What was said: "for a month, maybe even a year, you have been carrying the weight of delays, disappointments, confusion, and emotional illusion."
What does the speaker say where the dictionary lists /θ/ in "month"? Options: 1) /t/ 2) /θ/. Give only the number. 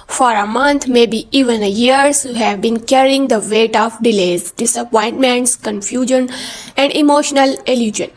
1